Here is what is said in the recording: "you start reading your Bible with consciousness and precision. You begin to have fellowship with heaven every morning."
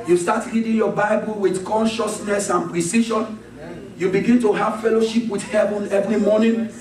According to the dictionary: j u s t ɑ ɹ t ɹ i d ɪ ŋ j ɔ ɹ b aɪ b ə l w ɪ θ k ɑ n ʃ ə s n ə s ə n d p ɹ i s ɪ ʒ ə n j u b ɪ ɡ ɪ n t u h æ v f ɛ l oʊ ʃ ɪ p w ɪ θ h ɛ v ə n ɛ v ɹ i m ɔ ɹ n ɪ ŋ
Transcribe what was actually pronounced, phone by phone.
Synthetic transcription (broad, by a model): j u s t ɑ t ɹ i d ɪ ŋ j ɔ b aɪ b ə l w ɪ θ k ɑ n ʃ ə s n ə s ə n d p ɹ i s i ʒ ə n j u b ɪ ɡ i n t u h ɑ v f ɛ l oʊ ʃ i p w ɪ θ h ɛ v ə n ɛ v ɹ i m ɔ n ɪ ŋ